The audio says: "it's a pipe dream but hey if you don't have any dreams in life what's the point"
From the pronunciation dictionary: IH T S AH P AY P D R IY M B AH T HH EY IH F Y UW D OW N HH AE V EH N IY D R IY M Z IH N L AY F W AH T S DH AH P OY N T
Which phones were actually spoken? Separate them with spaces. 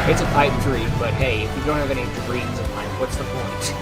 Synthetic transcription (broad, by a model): IH T S AH P AY P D R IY B AH T HH EY IH F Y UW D OW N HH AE V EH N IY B R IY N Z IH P AY P W AH T S DH AH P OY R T